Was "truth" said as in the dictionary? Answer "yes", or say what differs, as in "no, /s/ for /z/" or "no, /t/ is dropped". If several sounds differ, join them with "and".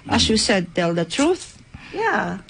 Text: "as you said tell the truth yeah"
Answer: yes